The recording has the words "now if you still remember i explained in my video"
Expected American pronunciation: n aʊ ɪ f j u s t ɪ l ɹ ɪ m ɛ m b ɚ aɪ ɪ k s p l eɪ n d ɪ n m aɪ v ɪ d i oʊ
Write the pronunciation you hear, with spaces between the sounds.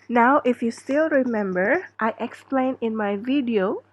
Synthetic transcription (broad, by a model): n aʊ ɪ f j u s t ɪ l ɹ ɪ m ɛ m b ɚ aɪ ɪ k s p l eɪ n ɪ n m aɪ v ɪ d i oʊ